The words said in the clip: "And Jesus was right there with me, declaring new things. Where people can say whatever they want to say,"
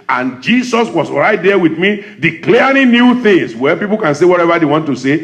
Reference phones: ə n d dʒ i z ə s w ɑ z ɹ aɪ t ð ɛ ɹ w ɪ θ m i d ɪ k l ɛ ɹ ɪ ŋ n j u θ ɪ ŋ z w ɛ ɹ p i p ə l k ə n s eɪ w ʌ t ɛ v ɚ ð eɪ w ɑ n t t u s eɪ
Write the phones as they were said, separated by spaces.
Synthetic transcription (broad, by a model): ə n dʒ i s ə s w ɑ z ɹ aɪ t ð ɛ w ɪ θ m i d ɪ k l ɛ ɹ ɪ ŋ n j u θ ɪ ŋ s w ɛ p i p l k ə n s eɪ w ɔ t ɛ v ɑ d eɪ w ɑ n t t u s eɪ